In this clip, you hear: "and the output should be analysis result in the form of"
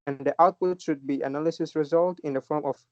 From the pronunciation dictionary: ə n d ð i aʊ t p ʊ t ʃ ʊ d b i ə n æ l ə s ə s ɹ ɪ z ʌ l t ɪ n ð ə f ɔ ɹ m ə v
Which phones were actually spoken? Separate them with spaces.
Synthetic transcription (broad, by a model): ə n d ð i aʊ t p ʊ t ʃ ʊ d b i ə n æ l ə s ə s ɹ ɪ z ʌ l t ɪ n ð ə f ɔ ɹ m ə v